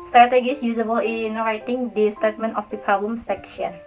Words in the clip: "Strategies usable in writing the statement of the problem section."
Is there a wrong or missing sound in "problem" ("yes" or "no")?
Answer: yes